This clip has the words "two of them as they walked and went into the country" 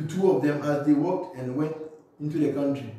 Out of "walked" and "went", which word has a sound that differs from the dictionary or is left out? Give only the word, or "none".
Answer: none